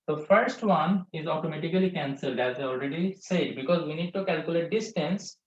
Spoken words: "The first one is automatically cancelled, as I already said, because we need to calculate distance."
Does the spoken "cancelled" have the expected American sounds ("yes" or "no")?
yes